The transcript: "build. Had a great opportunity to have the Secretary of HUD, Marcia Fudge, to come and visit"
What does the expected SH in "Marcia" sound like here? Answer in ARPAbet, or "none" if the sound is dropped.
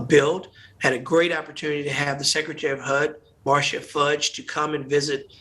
SH